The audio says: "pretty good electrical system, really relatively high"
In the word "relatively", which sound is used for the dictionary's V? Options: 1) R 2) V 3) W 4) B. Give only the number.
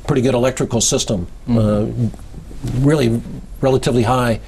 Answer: 2